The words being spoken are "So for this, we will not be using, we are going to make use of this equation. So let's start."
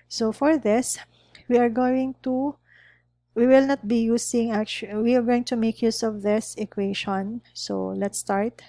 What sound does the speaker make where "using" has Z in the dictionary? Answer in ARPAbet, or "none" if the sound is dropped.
S